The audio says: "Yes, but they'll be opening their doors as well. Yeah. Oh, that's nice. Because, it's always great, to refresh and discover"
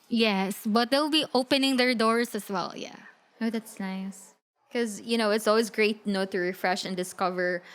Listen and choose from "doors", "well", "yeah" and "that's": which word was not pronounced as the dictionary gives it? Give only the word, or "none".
doors